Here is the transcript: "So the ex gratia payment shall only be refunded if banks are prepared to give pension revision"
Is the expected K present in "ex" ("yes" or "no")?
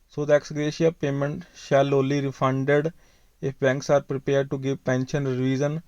yes